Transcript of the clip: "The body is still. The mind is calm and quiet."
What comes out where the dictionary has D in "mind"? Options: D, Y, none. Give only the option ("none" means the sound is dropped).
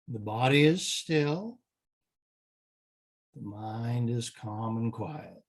D